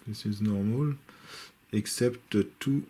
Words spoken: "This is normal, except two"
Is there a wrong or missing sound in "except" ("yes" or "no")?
no